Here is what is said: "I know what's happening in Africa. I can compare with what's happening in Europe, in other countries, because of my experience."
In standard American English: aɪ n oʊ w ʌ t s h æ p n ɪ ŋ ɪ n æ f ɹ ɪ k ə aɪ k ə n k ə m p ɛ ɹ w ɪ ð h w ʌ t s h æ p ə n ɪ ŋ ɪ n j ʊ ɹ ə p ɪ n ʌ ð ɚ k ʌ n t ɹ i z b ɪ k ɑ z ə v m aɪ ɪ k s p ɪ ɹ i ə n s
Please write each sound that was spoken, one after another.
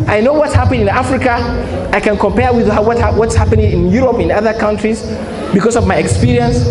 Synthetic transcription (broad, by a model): aɪ n oʊ w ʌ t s h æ p ɪ ɪ n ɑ f ɹ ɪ k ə aɪ k ə n k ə m p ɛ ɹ w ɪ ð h w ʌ t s h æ p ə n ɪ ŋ ɪ n j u ɹ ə p ɪ n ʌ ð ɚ k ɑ n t ɹ i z b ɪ k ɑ s ə v m aɪ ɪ k s p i ɹ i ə n s